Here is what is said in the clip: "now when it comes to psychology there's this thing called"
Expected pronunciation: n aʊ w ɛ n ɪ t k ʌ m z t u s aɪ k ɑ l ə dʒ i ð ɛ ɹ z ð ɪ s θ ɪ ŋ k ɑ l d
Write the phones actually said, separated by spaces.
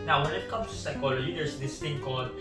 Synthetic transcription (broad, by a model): n aʊ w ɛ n ɪ t k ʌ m t u s aɪ k ɑ l ə dʒ i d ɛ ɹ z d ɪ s t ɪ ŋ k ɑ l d